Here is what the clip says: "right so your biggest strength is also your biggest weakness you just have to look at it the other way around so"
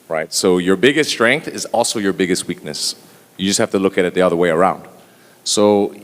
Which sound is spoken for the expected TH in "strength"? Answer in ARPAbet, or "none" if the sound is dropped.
TH